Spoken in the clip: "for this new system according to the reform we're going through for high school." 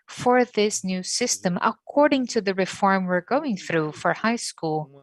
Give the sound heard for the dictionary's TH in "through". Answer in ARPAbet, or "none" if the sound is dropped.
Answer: TH